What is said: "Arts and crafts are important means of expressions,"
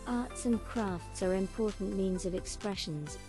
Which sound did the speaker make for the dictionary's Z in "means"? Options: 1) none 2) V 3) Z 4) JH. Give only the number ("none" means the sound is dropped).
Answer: 3